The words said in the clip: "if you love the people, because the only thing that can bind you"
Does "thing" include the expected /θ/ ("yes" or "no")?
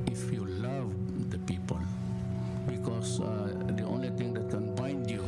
no